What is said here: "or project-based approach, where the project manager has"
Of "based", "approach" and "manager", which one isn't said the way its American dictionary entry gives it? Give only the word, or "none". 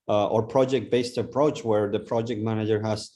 none